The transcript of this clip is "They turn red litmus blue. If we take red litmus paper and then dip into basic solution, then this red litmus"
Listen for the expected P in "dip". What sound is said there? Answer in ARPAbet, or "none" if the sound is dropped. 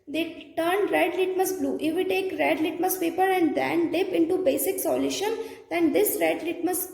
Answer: P